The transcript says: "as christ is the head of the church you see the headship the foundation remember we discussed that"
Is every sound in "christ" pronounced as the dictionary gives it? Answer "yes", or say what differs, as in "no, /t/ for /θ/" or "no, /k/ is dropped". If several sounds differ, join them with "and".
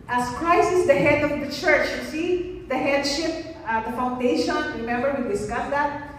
no, /t/ is dropped